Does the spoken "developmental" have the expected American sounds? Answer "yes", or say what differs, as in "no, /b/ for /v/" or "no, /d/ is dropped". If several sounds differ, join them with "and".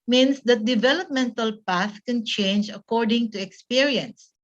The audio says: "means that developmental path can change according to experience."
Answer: yes